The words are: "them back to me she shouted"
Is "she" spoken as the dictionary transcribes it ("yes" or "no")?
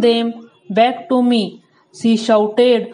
no